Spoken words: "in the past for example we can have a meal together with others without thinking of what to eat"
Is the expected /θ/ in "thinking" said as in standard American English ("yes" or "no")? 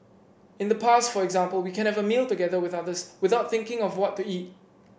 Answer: yes